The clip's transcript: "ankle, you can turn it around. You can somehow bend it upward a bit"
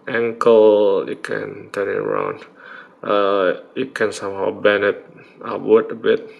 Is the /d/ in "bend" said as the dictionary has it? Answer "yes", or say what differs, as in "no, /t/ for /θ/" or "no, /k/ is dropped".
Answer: no, /d/ is dropped